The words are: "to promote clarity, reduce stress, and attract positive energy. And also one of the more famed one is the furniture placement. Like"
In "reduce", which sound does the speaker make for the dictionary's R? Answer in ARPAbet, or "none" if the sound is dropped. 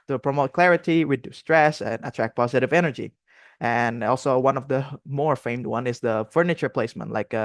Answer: W